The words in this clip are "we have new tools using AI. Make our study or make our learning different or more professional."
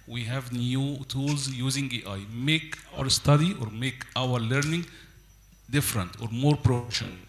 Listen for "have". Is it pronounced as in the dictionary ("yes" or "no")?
yes